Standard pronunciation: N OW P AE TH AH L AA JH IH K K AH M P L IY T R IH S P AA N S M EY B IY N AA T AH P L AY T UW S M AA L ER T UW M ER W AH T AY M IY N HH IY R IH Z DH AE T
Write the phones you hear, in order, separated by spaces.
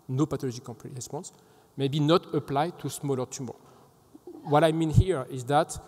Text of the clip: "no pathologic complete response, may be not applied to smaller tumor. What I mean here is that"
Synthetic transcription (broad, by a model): N OW P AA T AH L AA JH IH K K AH P IY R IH S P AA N S M EY B IY N AA T AH P L AY T UW S M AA L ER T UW M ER W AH T AY M IY N HH IY R IH Z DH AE T